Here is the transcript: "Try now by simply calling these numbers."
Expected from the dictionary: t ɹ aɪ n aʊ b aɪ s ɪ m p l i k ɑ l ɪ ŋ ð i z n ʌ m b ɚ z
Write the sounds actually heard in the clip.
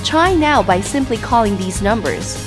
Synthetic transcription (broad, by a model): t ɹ aɪ n aʊ b aɪ s ɪ m p l i k ɑ l ɪ ŋ ð i z n ʌ m b ɚ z